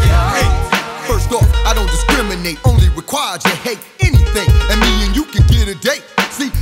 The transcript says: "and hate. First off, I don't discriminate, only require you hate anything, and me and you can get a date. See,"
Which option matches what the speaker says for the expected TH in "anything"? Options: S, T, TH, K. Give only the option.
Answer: TH